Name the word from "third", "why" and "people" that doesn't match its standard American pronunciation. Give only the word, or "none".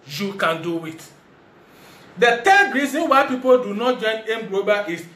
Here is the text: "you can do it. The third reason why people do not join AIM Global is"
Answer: third